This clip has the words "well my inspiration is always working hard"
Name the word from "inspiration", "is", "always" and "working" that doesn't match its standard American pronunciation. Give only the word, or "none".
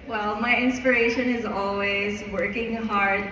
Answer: none